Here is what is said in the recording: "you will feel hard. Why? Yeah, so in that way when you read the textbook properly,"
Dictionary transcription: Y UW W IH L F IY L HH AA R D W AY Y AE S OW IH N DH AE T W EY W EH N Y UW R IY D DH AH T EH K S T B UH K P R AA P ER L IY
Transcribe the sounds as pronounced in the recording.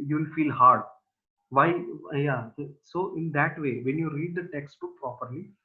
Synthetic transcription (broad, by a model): Y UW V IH L F IY L HH AA R D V AY Y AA S OW IH N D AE T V EY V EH N Y UW R IY D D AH T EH K S T UH P R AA P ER L IY